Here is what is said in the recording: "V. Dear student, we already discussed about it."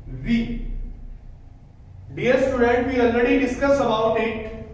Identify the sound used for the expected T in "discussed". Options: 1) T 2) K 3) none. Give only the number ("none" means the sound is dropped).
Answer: 3